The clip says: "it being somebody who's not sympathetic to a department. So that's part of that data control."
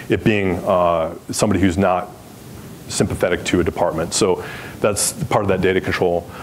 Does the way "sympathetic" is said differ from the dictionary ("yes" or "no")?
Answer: no